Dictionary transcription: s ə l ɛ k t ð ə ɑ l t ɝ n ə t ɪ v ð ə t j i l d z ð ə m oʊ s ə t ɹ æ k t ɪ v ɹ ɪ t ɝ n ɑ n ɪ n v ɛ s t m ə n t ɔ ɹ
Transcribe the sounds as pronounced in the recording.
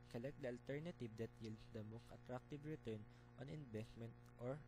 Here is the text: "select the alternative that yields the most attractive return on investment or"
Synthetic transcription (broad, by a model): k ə l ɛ k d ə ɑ l t ɝ n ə t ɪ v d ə t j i l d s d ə m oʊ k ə t ɹ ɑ k t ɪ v ɹ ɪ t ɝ n ɑ n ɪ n b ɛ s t m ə n t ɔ ɹ